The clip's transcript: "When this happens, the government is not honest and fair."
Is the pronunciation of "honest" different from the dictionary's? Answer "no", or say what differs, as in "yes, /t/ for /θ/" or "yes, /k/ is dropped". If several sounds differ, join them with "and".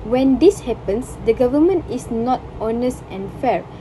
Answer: no